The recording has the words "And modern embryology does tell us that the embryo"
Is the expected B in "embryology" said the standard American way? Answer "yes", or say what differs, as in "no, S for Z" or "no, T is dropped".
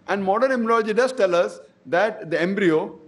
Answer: no, B is dropped